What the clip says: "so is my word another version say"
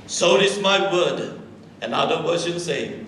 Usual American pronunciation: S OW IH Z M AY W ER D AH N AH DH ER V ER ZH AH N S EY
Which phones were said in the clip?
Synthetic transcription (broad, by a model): S OW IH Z M AY W ER D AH N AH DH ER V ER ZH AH N S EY